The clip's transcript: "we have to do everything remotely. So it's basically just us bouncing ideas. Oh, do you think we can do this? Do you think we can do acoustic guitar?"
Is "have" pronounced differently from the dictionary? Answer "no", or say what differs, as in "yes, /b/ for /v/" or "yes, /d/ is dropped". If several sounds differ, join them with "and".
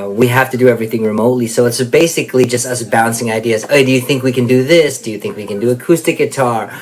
yes, /f/ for /v/